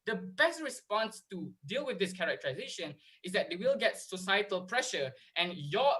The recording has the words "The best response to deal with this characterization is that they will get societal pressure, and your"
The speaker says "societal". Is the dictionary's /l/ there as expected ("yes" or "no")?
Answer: yes